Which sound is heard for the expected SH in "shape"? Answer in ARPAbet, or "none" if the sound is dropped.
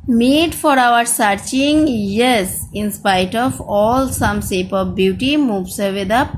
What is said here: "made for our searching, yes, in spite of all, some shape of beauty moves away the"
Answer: S